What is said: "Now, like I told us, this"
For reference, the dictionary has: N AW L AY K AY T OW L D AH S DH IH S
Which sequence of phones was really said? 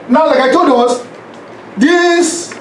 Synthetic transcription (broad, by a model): N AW L AY K AY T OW D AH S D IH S